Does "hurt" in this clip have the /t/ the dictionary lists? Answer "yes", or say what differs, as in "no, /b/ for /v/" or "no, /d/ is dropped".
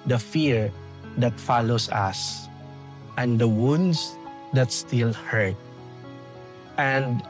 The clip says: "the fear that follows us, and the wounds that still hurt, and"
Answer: yes